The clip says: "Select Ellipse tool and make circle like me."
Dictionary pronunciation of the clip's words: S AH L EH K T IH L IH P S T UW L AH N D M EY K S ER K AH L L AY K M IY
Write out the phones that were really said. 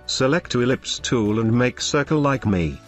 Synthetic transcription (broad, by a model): S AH L EH K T IH L IH P S T UW L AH N M EY K S ER K AH L L AY K M IY